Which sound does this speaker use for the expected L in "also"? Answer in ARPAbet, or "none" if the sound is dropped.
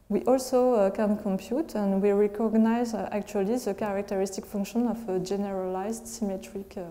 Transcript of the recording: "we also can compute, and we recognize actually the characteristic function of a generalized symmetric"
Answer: L